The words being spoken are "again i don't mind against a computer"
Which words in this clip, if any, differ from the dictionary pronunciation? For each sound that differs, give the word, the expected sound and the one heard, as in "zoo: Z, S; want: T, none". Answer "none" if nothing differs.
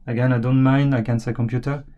mind: D, none; against: T, none